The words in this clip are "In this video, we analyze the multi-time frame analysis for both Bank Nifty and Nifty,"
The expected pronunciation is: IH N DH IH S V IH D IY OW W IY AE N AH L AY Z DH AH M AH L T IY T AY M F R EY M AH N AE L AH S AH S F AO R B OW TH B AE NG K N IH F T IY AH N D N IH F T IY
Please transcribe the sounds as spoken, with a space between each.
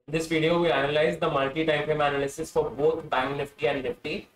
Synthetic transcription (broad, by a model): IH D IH S V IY D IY OW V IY AE N AH L AY Z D AH M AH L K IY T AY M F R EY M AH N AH L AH S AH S F AO R B OW T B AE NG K N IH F T IY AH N D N IH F T IY